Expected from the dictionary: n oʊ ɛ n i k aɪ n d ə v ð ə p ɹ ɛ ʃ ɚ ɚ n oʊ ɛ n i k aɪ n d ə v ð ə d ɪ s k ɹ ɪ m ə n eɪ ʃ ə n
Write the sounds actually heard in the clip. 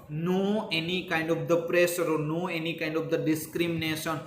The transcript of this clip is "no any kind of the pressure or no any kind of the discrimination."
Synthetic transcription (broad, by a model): n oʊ ɛ n i k aɪ n d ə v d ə p ɹ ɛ s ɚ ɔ n oʊ ɛ n i k aɪ n d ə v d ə d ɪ s k ɹ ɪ m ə n eɪ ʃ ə n